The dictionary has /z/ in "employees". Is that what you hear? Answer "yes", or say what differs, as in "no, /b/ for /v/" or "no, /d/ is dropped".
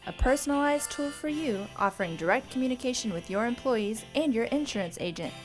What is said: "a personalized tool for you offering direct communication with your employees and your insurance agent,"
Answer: yes